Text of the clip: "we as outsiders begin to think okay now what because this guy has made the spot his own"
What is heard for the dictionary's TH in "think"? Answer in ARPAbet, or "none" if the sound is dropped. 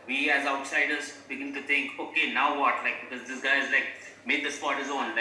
T